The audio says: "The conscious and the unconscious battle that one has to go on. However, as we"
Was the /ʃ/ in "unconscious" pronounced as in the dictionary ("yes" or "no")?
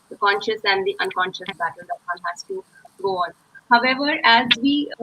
yes